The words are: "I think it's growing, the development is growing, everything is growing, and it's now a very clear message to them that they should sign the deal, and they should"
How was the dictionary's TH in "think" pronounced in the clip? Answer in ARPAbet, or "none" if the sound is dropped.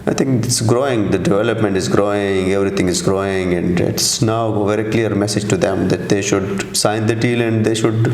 T